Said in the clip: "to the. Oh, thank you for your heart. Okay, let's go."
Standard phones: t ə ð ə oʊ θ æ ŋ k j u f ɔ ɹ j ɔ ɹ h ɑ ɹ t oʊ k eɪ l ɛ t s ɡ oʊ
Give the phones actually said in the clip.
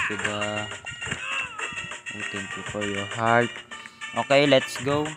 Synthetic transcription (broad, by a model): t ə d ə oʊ t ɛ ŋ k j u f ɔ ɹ j ɔ ɹ h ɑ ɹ t oʊ k eɪ l ɛ t s ɡ oʊ